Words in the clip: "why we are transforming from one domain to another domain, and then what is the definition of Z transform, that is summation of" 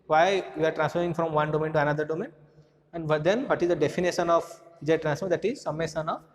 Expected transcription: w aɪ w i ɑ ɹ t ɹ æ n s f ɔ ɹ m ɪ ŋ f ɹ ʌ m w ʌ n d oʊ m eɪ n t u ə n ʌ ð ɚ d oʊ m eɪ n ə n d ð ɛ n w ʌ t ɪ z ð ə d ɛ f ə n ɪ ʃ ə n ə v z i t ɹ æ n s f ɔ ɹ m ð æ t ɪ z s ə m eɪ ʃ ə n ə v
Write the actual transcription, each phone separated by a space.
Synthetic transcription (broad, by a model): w aɪ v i ɑ ɹ t ɹ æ n s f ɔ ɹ ɪ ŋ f ɹ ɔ m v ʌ n d oʊ m eɪ n t u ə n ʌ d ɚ d oʊ m eɪ n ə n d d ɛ n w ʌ t ɪ z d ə d ɛ f ə n ɪ ʃ ə n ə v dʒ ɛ t ɹ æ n s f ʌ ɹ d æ t ɪ z s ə m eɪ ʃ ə n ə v